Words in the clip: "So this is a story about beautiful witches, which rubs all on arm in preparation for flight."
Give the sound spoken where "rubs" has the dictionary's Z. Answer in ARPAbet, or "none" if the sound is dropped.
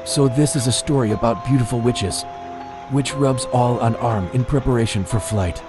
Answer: Z